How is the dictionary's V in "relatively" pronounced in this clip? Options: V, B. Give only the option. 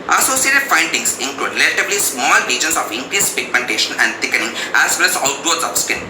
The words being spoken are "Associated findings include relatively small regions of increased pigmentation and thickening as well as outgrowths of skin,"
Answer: B